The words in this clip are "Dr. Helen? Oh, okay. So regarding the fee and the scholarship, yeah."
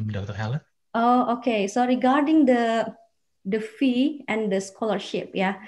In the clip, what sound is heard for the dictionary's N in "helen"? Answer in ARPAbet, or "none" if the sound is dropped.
none